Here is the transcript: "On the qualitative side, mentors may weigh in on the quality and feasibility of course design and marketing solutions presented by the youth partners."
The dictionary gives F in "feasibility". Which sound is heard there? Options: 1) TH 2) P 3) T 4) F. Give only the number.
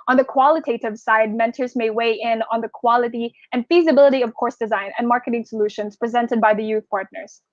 4